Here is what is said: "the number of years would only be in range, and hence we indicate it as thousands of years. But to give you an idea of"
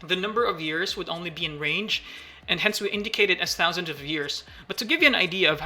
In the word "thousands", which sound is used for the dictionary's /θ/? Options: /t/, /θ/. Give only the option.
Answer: /θ/